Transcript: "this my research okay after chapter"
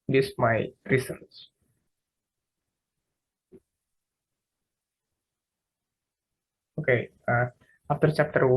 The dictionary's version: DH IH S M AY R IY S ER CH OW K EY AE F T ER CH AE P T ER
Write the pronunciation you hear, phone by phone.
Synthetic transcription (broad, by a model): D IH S M AY R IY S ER S OW K EY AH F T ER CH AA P T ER